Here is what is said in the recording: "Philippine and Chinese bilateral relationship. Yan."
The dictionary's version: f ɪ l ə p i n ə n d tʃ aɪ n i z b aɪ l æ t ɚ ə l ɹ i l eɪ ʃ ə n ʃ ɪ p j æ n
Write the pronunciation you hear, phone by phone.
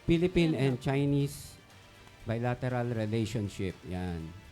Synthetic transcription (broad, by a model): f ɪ l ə p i n ə n d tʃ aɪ n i s b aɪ l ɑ t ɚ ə l ɹ i l eɪ ʃ ə n ʃ ɪ p j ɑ n